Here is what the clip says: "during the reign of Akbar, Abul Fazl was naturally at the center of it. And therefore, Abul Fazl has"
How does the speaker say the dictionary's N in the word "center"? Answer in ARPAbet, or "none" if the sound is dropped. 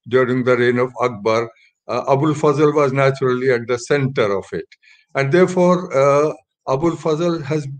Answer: N